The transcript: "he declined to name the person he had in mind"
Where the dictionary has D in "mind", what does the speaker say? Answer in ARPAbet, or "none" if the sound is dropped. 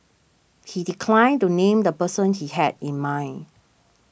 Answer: none